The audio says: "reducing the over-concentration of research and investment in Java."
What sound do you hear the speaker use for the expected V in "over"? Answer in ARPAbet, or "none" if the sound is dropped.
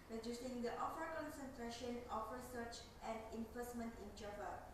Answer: F